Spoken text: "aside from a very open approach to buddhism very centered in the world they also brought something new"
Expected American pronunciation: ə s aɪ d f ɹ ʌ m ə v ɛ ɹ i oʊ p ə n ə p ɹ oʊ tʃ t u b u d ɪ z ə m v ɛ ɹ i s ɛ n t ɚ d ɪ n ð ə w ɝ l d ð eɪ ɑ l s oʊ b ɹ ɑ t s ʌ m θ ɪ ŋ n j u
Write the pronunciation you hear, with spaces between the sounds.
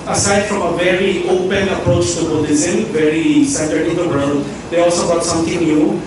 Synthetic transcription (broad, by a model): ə s aɪ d f ɹ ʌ m ə v ɛ ɹ i oʊ p ə n ə p ɹ oʊ tʃ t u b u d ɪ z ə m v ɛ ɹ i s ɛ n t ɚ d ɪ n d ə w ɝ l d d eɪ ɑ l s oʊ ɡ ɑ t s ʌ m t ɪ ŋ n j u